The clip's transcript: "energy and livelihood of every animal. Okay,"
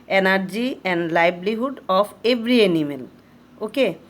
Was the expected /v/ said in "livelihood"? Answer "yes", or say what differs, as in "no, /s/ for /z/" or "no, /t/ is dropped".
no, /b/ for /v/